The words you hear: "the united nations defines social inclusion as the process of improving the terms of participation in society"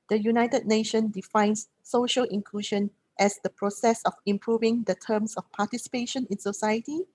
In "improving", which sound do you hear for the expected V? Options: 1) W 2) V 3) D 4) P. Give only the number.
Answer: 2